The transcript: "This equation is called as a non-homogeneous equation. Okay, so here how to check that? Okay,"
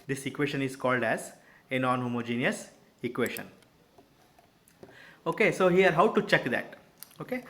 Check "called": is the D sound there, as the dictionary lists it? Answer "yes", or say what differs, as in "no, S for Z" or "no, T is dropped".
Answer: yes